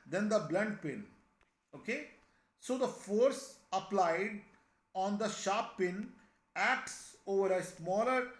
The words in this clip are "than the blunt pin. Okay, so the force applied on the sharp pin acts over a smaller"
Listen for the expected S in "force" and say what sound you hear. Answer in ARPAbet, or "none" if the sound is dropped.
S